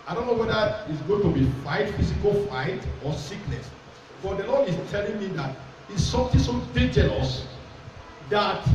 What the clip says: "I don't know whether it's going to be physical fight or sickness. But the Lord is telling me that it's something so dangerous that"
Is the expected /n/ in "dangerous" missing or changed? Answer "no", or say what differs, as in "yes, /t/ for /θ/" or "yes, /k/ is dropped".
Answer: yes, /n/ is dropped